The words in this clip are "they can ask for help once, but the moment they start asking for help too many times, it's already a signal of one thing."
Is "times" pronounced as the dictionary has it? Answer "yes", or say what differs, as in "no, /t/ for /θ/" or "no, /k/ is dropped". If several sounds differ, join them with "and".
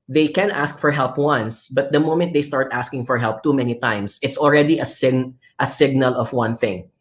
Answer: no, /s/ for /z/